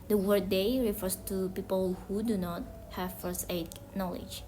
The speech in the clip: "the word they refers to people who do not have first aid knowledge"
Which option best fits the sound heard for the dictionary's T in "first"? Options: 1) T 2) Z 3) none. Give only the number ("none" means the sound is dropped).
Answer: 3